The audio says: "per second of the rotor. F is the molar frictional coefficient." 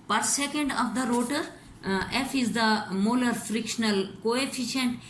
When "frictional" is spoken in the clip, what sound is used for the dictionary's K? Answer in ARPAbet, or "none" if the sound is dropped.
K